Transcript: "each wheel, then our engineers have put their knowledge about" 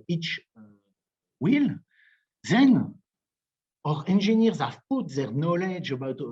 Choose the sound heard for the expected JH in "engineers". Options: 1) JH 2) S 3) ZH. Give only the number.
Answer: 3